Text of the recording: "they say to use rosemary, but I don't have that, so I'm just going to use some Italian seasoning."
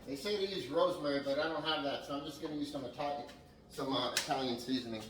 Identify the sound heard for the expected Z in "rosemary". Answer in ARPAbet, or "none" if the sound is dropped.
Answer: Z